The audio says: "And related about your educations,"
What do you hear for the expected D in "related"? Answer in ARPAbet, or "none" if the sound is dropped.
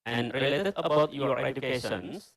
none